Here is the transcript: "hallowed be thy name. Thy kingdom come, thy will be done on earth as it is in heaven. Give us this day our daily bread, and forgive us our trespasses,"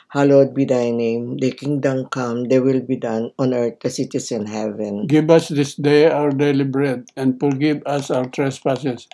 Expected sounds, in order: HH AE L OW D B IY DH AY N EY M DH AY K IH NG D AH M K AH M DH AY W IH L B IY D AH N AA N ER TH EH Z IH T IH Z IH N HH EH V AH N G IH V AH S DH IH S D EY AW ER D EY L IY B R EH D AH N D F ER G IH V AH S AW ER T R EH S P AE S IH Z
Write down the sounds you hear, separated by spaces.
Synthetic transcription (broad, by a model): HH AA L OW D B IY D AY N EY M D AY K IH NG D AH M K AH M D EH W IH L B IY D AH N AA N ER T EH S IH T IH S IH N HH EH V AH N G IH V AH S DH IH S D EY AW ER D EY L IY B R EH D AH N D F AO G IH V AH S AW ER T R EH S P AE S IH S